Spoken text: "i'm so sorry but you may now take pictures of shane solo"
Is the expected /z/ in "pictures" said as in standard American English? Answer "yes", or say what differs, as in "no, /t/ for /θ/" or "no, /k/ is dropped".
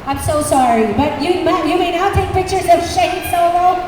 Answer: yes